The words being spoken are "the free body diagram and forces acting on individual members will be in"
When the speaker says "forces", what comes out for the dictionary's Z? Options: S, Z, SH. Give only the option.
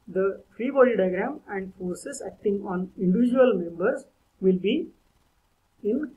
S